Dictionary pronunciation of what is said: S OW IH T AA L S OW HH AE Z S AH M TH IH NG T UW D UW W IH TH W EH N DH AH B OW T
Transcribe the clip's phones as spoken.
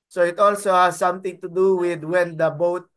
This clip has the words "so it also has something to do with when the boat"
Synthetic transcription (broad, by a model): S OW IH T AA L S OW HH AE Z S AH M T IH NG T UW D UW W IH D W EH N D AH B OW T